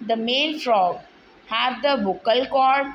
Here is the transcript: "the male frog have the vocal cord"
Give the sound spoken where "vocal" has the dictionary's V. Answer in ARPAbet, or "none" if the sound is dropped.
B